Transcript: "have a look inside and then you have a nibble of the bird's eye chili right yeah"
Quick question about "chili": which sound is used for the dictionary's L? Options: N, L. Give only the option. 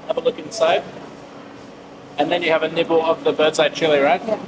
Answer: L